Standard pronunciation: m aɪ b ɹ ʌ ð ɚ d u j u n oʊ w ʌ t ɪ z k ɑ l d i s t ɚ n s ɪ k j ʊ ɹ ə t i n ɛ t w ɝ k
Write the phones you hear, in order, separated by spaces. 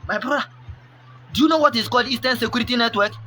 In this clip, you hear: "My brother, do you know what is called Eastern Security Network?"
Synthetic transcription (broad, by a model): m aɪ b ɹ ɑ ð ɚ d u j u n oʊ w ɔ t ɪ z k ɑ l d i s t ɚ n s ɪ k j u ɹ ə t i n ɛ t w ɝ k